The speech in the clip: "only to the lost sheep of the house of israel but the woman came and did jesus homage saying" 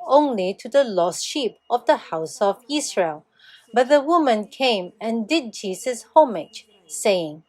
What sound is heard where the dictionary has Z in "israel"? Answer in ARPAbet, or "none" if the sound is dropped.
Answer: S